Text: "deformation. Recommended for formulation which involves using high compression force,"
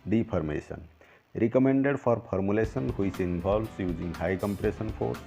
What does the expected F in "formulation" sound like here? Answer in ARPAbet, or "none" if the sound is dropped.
P